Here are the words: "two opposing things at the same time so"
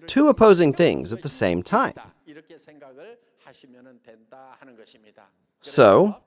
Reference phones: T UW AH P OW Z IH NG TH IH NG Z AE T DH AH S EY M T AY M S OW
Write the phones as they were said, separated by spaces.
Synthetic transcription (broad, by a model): T UW AH P OW Z IH NG TH IH NG Z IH T DH AH S EY M T AY M S OW